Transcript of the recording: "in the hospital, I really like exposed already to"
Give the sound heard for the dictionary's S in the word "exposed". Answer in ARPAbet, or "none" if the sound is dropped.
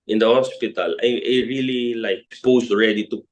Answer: none